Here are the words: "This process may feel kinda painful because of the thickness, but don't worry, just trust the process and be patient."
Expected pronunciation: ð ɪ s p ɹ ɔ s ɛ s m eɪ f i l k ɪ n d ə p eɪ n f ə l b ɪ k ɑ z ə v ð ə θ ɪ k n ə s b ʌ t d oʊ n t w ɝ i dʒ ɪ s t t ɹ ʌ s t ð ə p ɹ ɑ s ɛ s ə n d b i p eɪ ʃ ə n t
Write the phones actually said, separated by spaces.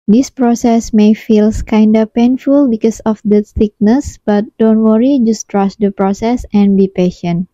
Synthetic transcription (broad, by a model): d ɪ s p ɹ ɔ s ɛ s m eɪ f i l k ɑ n d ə p eɪ n f ə l b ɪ k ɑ s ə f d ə s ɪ k n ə s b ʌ t d oʊ n t w ɝ i dʒ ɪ s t t ɹ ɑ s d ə p ɹ ɑ s ɛ s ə n b i p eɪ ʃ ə n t